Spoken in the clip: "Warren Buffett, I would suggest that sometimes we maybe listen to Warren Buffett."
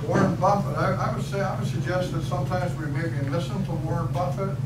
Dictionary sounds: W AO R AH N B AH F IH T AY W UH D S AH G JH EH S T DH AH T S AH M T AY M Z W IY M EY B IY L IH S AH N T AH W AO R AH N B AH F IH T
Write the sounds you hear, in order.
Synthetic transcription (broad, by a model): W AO R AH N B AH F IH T AY W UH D S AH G JH EH S T DH AH T S AH M T AY M Z W IY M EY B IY L IH S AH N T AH W AO R AH N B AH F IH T